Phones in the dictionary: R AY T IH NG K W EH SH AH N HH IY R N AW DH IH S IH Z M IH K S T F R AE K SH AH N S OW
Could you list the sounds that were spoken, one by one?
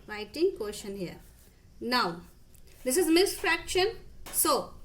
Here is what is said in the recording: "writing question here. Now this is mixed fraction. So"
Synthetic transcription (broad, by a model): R AY T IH NG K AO SH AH N HH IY R N AW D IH S IH Z M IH S F R AE K SH AH N S OW